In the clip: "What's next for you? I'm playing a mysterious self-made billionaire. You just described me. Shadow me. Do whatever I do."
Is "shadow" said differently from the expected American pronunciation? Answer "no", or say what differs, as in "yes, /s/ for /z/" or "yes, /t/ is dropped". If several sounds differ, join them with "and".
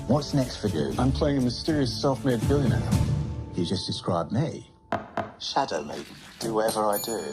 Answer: no